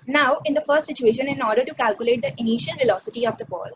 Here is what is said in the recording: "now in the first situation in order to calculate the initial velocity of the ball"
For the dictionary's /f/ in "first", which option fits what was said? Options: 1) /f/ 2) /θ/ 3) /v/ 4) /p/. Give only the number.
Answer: 1